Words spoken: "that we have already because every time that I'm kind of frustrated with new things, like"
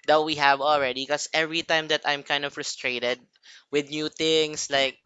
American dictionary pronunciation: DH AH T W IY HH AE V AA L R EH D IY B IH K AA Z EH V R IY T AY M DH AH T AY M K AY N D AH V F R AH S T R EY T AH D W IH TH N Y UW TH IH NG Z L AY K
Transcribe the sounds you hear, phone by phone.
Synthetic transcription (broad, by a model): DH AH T W IY HH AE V AA L R EH D IY K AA S EH V R IY T AY M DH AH T AY M K AY N D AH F R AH S T R EY T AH D W IH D N Y UW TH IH NG S L AY K